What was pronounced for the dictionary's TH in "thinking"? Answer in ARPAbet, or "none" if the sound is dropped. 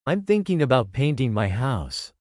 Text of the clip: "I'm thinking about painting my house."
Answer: TH